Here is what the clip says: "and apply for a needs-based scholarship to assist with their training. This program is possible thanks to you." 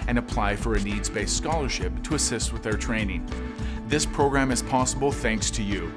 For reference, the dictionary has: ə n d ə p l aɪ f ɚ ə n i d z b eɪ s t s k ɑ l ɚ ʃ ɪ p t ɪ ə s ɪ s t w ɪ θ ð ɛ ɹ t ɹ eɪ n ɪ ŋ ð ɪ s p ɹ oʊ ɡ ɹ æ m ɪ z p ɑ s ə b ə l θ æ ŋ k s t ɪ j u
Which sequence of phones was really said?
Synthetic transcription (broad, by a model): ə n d ə p l aɪ f ɚ ə n i d z b eɪ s s k ɑ l ɚ ʃ ɪ p t ɪ ə s ɪ s t w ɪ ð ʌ ɹ t ɹ eɪ n ɪ ŋ ð ɪ s p ɹ oʊ ɡ ɹ æ m ɪ z p ɑ s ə b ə l θ æ ŋ k s t ɪ j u